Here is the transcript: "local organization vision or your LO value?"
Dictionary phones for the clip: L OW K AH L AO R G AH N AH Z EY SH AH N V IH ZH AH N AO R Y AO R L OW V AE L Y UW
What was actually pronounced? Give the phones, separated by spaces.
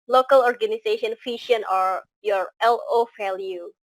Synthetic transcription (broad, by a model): L OW K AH L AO R G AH N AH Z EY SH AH N F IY SH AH N AO R Y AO R L OW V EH L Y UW